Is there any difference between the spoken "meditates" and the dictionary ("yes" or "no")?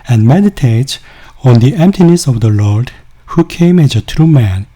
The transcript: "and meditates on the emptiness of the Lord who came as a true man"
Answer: yes